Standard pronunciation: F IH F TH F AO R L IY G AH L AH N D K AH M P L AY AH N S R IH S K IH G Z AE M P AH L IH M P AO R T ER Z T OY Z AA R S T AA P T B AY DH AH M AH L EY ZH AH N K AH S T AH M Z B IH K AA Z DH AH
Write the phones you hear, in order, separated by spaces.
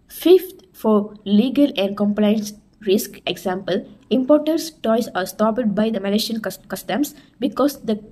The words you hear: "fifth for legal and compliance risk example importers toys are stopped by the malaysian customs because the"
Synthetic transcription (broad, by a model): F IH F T F AO R L IY G AH L AH N D K AH M P L AY AH N S R IH S K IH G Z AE M P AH L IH M P AO R T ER S T OY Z AA R S T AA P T B AY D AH M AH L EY SH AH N K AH S T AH M S B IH K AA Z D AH